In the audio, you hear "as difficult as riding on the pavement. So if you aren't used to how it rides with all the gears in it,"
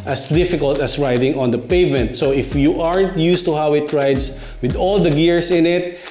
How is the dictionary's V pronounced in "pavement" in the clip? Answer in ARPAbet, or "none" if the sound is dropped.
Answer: V